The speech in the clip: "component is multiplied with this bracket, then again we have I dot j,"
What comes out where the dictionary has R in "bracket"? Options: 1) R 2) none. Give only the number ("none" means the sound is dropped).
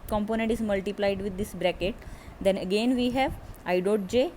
1